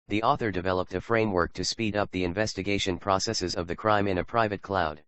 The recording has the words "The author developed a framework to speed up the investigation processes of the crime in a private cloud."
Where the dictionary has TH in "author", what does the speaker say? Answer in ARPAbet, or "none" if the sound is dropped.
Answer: TH